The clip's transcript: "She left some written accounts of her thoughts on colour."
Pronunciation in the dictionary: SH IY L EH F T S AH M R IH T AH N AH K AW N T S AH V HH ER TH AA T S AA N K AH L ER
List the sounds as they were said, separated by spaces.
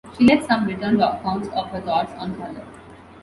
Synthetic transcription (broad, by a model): SH IY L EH T S AH M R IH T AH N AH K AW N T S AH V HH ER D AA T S AA N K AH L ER